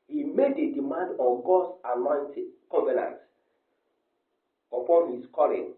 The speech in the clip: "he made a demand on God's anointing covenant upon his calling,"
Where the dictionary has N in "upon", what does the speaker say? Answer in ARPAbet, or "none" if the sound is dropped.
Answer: N